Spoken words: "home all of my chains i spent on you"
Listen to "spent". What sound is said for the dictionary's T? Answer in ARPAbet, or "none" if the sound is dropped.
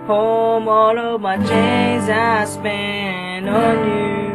none